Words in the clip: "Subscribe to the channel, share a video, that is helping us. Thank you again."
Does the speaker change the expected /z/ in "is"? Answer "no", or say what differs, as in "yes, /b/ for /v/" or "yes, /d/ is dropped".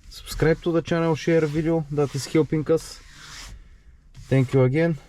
yes, /s/ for /z/